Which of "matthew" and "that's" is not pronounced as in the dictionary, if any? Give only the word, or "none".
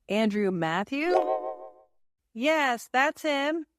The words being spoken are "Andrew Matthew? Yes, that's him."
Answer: none